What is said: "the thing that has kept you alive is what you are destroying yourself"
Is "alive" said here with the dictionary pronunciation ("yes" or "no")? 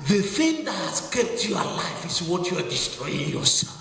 no